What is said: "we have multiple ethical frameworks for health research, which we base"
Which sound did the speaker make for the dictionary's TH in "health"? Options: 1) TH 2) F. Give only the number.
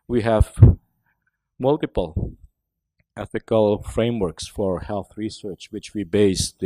1